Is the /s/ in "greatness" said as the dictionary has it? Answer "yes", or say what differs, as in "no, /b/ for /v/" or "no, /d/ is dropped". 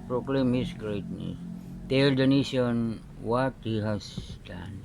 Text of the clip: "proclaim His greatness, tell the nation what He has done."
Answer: no, /s/ is dropped